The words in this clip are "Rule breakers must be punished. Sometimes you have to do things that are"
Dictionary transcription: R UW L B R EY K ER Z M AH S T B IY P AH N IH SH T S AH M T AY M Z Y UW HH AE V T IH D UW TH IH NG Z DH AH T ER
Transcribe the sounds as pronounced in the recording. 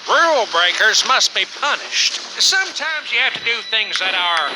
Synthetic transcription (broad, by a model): R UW L B R EY K ER Z M AH S T B IY P AH N IH SH T S AH M T AY M Z Y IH HH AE F T IH D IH TH IH NG Z DH AH T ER